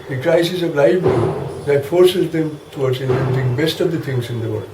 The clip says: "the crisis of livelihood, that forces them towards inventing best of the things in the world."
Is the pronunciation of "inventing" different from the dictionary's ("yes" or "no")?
yes